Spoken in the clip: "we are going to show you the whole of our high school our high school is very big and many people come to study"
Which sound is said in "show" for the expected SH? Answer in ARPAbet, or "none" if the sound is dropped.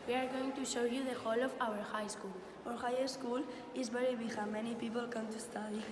SH